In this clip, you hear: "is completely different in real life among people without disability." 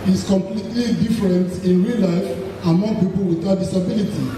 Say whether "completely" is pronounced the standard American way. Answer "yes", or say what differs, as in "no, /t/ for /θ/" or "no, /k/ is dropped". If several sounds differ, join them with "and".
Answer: yes